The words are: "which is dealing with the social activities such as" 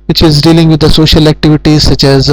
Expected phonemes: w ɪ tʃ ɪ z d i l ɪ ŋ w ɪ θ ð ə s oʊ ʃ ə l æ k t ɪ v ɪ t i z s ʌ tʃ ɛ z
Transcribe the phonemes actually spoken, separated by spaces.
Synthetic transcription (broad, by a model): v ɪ tʃ ɪ z d i l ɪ ŋ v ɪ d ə s oʊ ʃ ə l æ k t ɪ v ɪ t i z s ʌ tʃ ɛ z